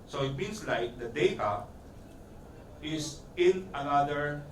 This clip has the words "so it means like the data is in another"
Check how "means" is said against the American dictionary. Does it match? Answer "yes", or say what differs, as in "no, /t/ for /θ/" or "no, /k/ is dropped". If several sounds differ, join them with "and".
no, /s/ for /z/